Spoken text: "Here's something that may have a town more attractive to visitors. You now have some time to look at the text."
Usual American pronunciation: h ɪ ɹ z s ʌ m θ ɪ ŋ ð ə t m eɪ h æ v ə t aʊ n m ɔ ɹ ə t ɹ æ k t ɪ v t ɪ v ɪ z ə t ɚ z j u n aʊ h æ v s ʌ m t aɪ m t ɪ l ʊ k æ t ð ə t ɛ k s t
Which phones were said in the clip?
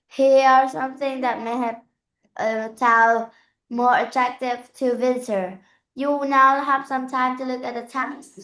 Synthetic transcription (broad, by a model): h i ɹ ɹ s ʌ m θ ɪ ŋ ð ə t m eɪ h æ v ə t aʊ l m ɔ ɹ ə t ɹ æ k t ɪ v t ɪ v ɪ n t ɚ j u n aʊ h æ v s ʌ m t aɪ m t ɪ l ʊ k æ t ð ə t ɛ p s